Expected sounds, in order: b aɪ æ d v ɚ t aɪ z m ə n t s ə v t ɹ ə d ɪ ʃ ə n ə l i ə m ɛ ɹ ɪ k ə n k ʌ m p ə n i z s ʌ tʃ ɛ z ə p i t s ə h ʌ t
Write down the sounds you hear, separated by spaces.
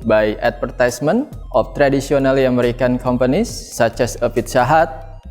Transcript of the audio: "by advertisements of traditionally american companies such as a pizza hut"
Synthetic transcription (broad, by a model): b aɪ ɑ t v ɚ t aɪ s m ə n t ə f t ɹ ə d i s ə n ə l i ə m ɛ ɹ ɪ k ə n k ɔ m p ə n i s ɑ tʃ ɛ s ə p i t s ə h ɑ t